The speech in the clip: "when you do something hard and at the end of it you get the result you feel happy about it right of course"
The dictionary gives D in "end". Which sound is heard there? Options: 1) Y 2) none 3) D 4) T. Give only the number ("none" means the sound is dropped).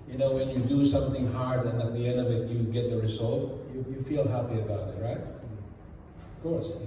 3